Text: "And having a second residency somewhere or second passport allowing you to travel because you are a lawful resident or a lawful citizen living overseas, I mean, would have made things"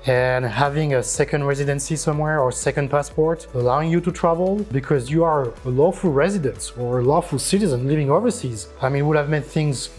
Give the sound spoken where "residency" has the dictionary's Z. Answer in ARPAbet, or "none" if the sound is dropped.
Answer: Z